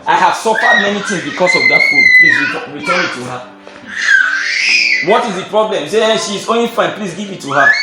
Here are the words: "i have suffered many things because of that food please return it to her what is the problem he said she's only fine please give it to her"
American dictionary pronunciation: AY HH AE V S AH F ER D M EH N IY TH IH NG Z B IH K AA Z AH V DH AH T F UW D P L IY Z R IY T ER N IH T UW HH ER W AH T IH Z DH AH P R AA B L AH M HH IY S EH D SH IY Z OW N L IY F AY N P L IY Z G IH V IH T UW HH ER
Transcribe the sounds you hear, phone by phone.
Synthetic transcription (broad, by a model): AY HH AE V S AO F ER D M EH N IY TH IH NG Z B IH K AA S AH V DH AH T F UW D P L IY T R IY T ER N IH T UW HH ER W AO T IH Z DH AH P R AA B L AH M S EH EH SH IY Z OW N L IY F AY N P L IY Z G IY V IH T UW HH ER